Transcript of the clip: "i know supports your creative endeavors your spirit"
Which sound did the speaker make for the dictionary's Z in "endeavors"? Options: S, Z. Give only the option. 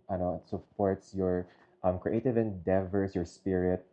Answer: S